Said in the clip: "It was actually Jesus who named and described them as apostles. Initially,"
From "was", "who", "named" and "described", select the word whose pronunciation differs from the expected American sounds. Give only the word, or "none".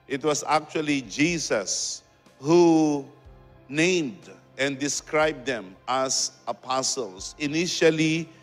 was